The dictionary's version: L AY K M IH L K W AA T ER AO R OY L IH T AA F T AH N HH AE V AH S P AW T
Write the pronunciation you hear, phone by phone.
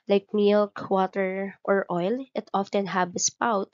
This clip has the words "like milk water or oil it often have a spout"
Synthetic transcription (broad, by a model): L AY K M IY L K W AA T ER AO R OY L IH T AA F T AH N HH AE B AH S P AW T